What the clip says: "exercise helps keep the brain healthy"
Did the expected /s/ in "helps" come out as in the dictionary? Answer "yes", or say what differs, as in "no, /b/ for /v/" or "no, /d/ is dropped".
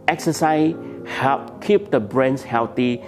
no, /s/ is dropped